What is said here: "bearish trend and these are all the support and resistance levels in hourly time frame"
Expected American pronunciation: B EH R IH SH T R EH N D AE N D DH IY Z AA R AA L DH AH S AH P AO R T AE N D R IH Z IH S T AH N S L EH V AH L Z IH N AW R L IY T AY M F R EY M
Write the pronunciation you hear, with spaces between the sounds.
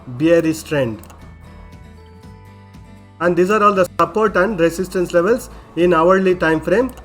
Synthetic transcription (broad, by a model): B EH R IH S T R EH N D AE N D IY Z AA R AA L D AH S AH P AO R T AE N D R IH S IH S T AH N S L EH V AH L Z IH N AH R L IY T AY M F R EY M